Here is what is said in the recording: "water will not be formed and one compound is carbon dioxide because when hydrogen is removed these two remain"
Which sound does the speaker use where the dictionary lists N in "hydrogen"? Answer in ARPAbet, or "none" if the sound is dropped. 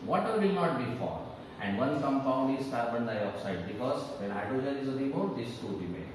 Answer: none